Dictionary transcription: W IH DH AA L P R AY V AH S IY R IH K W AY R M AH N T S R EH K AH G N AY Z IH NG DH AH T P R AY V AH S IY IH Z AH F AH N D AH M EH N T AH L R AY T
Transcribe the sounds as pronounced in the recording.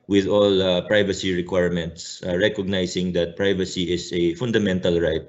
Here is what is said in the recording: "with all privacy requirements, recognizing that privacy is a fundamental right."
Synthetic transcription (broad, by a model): W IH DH AA L P R AY V AH S IY R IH K W AY R M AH N T S R EH K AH G N AY S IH NG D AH T P R AY V AH S IY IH S AH F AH N D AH M EH N T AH L R AY T